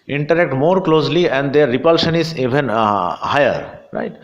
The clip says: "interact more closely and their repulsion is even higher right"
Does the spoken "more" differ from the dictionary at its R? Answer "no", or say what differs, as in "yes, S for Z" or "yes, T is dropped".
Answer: no